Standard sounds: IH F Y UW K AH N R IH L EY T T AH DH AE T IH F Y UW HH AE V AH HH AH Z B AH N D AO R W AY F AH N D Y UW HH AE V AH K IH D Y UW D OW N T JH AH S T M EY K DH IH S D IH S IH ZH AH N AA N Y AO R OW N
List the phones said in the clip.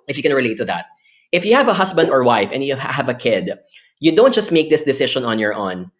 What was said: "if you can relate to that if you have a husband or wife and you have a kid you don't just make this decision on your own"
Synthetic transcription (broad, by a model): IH F Y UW K AH N R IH L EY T T AH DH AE T IH F Y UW HH AE V AH HH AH S B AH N D AO R W AY F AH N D Y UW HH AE V AH K IH D Y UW D OW N T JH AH S T M EY K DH IH S D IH S IH SH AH N AA N Y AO R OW N